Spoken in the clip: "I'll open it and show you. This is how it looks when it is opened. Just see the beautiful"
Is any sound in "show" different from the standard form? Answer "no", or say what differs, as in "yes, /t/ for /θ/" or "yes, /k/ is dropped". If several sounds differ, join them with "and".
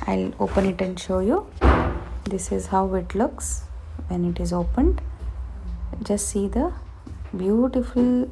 no